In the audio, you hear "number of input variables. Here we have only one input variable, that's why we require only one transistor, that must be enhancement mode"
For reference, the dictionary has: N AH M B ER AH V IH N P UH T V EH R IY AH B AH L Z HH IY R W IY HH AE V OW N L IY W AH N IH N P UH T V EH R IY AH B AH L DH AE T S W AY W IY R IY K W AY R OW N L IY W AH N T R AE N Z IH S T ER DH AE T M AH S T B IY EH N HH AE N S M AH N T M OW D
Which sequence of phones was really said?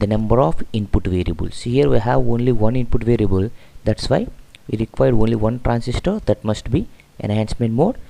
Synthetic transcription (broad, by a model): N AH M B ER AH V IH N P UH T V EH R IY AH B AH L S HH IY R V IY HH AE V OW N L IY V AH N IH N P UH T V EH R IY AH B AH L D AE T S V AY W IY R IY K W AY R OW N L IY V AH N T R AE N S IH S T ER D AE T M AH S T B IY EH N HH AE N S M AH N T M OW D